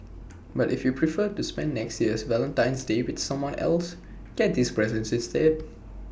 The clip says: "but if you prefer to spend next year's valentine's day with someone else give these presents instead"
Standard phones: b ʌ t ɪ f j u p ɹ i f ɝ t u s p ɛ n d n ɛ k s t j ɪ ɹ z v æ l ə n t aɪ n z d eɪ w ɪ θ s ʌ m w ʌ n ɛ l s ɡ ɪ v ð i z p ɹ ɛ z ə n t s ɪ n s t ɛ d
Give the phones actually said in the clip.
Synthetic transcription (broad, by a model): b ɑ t ɪ f j u p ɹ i f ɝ t u s p ɛ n n ɛ k s t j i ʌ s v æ l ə n t aɪ n s d eɪ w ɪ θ s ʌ m w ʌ n ɛ l s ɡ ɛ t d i s p ɹ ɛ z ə n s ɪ s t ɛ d